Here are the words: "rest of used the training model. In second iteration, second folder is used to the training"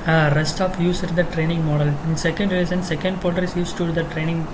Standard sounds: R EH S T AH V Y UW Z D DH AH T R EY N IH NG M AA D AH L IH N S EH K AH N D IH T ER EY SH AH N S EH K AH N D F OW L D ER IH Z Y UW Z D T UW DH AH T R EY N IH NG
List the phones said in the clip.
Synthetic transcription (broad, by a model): R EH S T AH F Y UW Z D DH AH T R EY N IH NG M AA D AH L IH N S EH K AH N D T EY S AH N S EH K AH N D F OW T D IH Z Y UW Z T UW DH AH T R EY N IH NG